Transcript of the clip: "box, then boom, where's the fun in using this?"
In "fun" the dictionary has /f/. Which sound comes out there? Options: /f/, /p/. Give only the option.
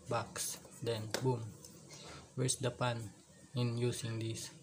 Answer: /p/